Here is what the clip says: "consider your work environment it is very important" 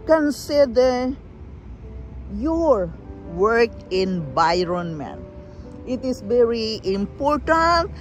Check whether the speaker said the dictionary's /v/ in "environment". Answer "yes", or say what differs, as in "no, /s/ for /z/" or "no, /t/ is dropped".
no, /b/ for /v/